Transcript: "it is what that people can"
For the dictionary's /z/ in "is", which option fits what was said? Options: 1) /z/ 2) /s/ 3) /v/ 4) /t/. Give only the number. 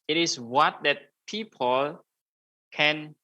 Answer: 2